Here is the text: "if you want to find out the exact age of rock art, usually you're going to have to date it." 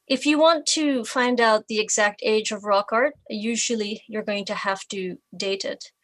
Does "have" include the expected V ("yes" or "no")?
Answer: no